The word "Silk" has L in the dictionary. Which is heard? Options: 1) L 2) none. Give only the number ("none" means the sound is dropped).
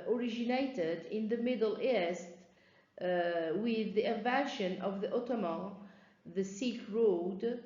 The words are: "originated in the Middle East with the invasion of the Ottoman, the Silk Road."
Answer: 2